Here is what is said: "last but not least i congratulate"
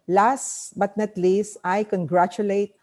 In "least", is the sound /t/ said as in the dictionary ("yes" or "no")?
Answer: yes